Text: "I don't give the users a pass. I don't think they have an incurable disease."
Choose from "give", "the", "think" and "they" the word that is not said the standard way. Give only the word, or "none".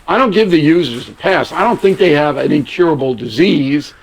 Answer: none